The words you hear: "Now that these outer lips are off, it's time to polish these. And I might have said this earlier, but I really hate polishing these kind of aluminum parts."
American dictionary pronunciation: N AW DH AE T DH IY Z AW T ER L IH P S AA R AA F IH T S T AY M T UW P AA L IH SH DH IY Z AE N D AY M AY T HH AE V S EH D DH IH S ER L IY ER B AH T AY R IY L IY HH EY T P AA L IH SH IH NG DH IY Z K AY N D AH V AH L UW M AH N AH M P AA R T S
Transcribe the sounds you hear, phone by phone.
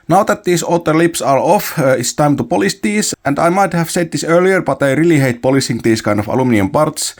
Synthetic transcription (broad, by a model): N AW DH AE T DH IY S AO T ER L IH P S AA R AA F IH T S T AY M T UW P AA L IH S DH IY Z AE N D AY M AY T HH AE V S EH D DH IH S ER L IY ER B AH T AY R IY L IY HH EY T P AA L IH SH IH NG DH IY S K AY N D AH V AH L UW M N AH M P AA R T S